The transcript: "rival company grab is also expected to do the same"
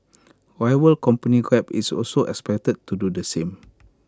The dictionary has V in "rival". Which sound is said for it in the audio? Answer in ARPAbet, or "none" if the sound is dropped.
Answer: W